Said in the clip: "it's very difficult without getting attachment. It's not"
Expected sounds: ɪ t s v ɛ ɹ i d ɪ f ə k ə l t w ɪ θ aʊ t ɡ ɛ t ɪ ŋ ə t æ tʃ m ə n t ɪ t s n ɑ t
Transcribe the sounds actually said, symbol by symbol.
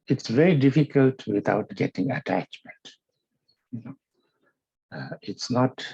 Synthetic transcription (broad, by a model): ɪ t s v ɛ ɹ i d ɪ f ə k ə l t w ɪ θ aʊ t ɡ ɛ t ɪ ŋ ə t æ tʃ m ə n t ɪ t s n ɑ t